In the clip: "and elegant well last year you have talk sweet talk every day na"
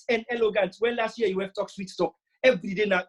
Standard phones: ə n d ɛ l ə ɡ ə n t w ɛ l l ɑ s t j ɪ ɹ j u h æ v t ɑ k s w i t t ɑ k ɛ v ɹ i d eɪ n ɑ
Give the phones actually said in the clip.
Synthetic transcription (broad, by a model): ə n ɛ l ə ɡ ə n t w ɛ n l ɑ s t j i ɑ j u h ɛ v t ɑ k s w i t t ɑ k ɛ v ɹ i d eɪ n ɑ